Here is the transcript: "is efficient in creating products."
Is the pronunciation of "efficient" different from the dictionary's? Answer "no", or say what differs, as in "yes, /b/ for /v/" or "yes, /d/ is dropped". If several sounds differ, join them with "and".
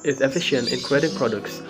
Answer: no